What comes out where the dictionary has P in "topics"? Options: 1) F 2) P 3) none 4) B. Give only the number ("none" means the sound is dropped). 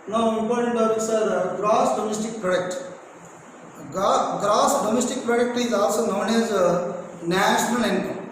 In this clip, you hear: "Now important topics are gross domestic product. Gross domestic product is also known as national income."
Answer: 4